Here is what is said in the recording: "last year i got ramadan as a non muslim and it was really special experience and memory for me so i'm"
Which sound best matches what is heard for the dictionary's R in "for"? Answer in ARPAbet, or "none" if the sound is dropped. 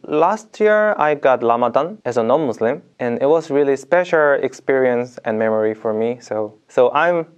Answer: R